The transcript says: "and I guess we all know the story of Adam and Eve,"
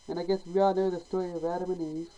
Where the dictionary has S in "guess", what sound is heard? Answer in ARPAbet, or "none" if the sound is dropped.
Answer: S